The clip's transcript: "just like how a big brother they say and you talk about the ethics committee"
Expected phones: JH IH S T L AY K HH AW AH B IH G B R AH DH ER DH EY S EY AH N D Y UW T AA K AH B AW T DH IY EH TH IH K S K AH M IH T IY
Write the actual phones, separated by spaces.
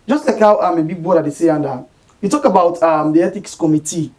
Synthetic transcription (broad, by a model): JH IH S T L AY K HH AW AH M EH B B AO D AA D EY S EY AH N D Y UW T AA K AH B AW T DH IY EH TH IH K S K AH M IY T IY